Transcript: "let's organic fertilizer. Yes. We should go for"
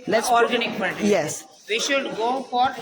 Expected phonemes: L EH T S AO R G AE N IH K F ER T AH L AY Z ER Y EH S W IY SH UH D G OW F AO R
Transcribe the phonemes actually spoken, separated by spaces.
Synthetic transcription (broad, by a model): L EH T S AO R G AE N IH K P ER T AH Y EH S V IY SH UH D G OW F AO R